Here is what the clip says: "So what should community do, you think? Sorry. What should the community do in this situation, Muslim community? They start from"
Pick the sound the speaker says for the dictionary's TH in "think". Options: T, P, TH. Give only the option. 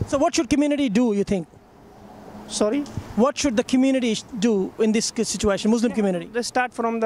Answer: T